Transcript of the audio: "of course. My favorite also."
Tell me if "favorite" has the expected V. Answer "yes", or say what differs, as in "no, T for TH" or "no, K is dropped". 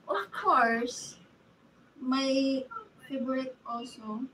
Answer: no, B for V